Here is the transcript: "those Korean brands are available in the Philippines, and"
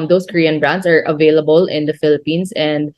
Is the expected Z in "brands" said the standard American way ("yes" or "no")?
no